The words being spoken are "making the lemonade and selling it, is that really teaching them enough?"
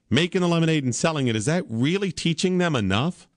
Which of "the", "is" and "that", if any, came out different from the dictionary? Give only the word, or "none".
none